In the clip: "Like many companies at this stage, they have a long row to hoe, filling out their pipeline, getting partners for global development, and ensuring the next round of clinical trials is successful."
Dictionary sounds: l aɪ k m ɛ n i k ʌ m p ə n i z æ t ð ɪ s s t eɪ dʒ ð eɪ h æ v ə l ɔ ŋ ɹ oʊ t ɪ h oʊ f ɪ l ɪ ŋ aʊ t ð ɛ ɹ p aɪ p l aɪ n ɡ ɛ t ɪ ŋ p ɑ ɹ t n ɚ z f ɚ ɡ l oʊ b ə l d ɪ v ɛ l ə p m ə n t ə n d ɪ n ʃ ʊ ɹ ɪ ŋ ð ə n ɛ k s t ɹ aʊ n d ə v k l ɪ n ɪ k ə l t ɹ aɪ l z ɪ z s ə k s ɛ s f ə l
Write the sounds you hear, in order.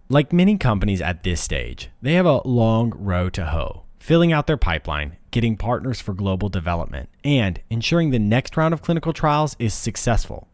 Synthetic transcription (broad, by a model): l aɪ k m ɛ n i k ʌ m p ə n i z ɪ t ð ɪ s s t eɪ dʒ ð eɪ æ v ə l ɔ ŋ ɹ oʊ t ɪ h oʊ f ɪ l ɪ ŋ aʊ t ð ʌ ɹ p aɪ p l aɪ n ɡ ɛ t ɪ ŋ p ɑ ɹ t n ɚ z f ɚ ɡ l oʊ b l d ɪ v ɛ l ə p m ə n t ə n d ɪ n ʃ ʊ ɹ ɪ ŋ ð ə n ɛ k s t ɹ aʊ n d ə v k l ɪ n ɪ k l t ɹ aɪ l z ɪ z s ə k s ɛ s f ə l